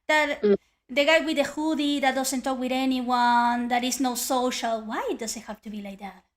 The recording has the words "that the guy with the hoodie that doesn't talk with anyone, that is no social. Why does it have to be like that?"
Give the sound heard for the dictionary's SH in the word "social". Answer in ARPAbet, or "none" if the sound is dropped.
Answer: SH